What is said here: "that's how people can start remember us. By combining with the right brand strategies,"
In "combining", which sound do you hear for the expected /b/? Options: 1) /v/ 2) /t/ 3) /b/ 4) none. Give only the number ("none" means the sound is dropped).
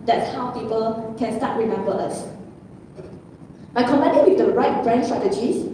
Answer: 4